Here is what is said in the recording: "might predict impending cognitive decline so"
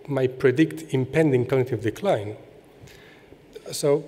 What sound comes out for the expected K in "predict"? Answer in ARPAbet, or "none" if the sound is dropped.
K